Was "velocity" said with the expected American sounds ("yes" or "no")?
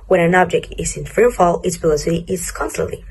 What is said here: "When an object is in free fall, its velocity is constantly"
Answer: no